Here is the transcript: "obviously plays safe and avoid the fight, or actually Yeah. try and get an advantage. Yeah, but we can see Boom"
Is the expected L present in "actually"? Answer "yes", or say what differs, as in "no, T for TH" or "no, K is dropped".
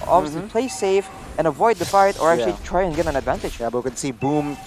no, L is dropped